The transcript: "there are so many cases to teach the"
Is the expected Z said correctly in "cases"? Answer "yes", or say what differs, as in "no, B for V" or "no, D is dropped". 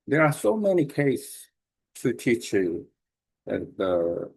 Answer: no, S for Z